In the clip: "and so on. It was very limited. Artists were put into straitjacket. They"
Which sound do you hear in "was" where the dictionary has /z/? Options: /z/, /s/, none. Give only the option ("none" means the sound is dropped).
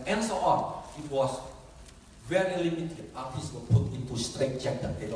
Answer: /s/